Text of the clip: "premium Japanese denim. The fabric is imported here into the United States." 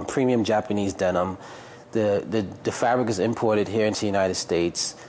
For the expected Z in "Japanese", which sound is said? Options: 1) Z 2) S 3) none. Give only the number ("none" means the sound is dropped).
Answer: 1